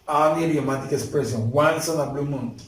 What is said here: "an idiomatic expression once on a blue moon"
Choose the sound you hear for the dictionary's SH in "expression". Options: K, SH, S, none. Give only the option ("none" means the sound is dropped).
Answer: S